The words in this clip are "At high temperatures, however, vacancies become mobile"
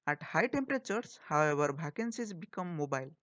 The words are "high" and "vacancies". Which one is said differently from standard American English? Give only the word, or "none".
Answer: vacancies